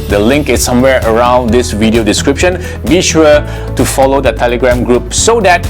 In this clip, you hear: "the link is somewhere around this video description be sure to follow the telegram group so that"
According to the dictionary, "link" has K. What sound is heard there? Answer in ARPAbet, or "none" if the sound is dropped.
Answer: K